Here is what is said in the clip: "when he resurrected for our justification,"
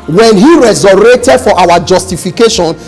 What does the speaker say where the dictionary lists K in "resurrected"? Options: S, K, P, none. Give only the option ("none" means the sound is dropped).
none